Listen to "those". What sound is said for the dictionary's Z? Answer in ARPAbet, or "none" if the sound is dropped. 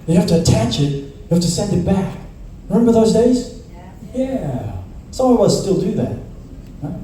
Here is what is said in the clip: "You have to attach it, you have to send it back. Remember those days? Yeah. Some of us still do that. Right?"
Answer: Z